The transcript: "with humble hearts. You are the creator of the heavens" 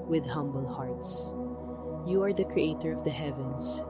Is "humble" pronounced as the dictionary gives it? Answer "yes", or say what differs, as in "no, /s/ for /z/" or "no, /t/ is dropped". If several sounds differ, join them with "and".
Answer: yes